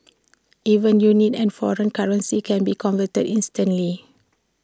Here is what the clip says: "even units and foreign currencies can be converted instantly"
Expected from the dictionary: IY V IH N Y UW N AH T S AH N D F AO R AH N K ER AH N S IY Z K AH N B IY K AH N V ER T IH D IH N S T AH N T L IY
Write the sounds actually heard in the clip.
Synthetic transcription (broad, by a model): IY V IH N Y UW N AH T AH N F AO R AH N K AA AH N S IY K AH N B IY K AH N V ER T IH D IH N S T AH N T L IY